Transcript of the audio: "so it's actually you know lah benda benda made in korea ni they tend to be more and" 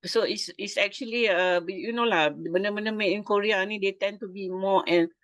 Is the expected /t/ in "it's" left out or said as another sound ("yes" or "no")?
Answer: yes